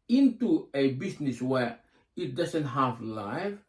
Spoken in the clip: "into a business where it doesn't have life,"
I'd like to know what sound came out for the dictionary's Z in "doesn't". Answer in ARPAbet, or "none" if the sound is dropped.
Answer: S